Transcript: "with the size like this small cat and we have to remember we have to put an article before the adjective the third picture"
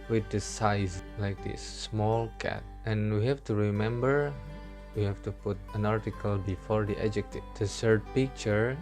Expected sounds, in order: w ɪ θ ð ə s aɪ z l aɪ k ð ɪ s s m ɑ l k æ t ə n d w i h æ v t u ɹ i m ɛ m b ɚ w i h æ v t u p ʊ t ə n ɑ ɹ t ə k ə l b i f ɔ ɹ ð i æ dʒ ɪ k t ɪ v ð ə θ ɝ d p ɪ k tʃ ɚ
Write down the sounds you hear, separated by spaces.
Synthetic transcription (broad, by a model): w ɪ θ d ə s aɪ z l aɪ k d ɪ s s m ɑ l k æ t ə n w i h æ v t u ɹ i m ɛ m b ɚ w i h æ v t u p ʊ t ə n ɑ ɹ t ə k ə l b i f ɔ ɹ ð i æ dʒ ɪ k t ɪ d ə s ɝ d p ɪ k tʃ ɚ